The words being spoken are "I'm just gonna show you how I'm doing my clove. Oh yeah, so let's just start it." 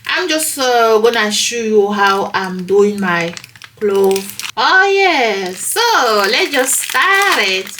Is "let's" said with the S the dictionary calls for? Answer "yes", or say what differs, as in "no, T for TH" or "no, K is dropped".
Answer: no, S is dropped